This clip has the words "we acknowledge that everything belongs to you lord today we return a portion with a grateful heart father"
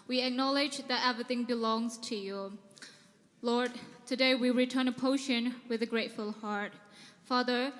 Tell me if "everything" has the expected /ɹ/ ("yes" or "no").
yes